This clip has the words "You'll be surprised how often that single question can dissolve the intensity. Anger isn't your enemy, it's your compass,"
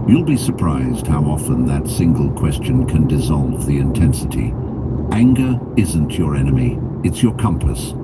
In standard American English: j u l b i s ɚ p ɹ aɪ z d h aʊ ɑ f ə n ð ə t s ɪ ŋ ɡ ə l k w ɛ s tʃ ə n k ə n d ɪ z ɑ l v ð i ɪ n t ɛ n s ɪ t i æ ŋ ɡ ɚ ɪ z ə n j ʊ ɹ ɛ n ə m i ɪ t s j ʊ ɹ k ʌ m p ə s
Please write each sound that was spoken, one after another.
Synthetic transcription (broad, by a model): j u l b i s ɚ p ɹ aɪ z d h aʊ ɑ f ə n ð ə t s ɪ ŋ ɡ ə l k w ɛ s tʃ ə n k ə n d ɪ z ɑ l v ð i ɪ n t ɛ n s ɪ t i æ ŋ ɡ ɚ ɪ z ə n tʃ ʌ ɹ ɛ n ə m i ɪ t s j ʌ ɹ k ʌ m p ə s